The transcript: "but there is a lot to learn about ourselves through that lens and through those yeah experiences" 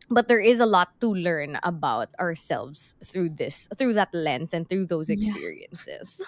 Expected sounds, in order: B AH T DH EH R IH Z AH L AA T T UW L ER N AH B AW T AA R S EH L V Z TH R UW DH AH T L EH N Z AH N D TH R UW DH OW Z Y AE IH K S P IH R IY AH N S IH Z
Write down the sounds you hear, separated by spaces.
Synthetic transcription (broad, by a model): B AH T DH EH R IH Z AH L AA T T UW L ER N AH B AW T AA R S EH L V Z TH R UW DH AH T L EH N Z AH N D TH R UW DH OW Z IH K S P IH R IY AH N S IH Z